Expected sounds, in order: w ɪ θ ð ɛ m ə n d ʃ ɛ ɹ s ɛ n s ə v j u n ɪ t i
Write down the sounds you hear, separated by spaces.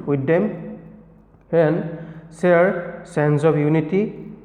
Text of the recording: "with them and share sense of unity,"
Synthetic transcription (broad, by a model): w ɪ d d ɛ m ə n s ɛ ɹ s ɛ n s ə p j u n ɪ t i